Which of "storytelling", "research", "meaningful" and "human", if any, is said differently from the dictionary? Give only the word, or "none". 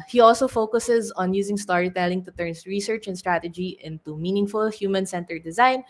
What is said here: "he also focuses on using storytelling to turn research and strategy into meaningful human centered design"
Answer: none